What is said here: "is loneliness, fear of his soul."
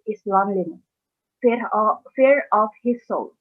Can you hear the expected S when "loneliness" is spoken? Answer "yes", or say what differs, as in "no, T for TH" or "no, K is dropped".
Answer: no, S is dropped